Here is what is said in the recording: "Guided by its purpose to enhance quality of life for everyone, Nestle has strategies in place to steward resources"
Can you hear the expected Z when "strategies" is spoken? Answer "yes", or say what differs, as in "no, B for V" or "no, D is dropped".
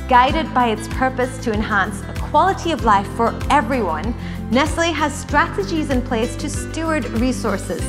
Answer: yes